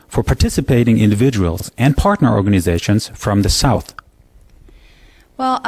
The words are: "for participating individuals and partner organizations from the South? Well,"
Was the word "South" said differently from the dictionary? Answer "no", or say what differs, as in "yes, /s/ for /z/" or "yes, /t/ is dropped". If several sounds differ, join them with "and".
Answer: no